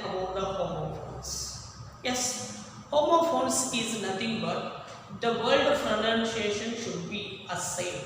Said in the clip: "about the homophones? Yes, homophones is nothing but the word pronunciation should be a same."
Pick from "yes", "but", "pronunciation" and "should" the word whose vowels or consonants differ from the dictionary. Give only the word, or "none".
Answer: pronunciation